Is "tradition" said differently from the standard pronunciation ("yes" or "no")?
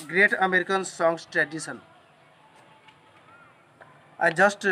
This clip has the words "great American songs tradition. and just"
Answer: yes